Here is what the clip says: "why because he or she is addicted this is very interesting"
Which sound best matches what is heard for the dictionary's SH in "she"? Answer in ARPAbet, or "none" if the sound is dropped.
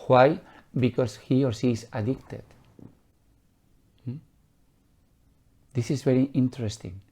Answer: S